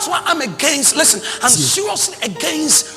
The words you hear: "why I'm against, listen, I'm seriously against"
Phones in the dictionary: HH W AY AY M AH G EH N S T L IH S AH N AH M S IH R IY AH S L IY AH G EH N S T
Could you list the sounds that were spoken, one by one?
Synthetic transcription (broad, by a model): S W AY AY M AH G EH N S T L IH S AH N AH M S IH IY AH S IY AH G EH N S T